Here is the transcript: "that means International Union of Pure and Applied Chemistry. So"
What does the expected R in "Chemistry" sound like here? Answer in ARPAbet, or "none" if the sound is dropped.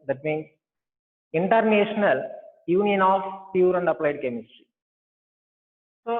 R